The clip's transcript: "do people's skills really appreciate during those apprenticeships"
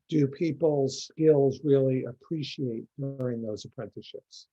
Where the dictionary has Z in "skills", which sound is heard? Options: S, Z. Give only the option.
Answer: Z